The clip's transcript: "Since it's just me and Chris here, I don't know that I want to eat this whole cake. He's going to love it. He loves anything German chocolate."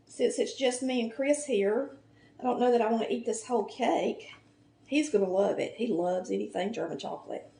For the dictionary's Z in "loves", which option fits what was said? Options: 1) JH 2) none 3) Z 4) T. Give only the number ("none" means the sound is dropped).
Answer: 3